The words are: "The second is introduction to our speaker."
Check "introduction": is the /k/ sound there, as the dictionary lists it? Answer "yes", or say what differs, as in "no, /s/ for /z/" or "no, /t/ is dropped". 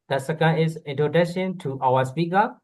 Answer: no, /k/ is dropped